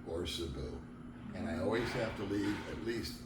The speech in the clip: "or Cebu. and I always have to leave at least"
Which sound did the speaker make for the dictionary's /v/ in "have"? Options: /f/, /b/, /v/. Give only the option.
/f/